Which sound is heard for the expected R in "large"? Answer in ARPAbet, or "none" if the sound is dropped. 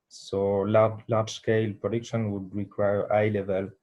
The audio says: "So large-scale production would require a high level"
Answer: L